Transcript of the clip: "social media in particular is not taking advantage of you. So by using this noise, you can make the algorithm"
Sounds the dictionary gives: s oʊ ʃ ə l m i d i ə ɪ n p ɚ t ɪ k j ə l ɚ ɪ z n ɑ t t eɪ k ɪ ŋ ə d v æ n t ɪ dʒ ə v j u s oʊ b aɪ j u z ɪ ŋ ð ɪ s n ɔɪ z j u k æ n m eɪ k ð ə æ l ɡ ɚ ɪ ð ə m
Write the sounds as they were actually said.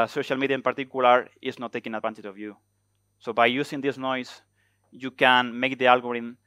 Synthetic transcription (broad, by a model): s oʊ ʃ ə l m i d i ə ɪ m p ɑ t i k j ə l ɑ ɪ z n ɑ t t eɪ k ɪ ŋ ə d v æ n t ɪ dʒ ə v j u s oʊ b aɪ j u s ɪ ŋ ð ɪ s n ɔɪ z j u k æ n m eɪ k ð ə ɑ l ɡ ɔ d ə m